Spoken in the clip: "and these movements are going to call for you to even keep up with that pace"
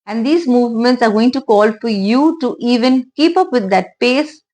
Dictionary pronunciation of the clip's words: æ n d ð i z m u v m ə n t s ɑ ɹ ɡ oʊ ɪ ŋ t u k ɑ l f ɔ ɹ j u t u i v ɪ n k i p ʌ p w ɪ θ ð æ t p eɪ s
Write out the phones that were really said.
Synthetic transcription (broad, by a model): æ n d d i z m u v m ə n t s ɑ ɹ ɡ oʊ ɪ ŋ t u k ɑ l f ɔ ɹ j u t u i v ɪ n k i p ʌ p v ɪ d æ t p eɪ s